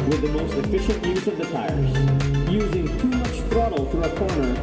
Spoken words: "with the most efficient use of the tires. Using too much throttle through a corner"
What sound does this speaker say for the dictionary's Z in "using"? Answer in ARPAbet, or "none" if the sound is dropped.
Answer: Z